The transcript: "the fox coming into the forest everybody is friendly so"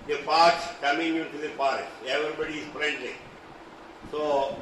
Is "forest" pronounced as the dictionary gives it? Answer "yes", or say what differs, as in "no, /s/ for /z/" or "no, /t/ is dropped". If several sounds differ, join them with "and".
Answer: no, /t/ is dropped